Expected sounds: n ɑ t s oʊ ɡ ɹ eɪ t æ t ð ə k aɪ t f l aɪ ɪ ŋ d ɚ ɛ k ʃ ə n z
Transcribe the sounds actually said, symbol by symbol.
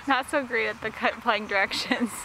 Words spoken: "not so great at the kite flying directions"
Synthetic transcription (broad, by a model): n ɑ t s oʊ ɡ ɹ eɪ t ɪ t ð ə k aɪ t p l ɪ ɪ ŋ d ɚ ɛ k ʃ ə n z